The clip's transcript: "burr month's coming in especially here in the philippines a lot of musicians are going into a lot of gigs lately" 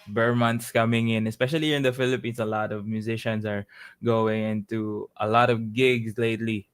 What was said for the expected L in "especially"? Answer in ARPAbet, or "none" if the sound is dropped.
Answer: none